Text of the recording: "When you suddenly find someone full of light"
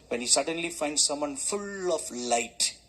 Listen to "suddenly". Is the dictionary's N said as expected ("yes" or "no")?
yes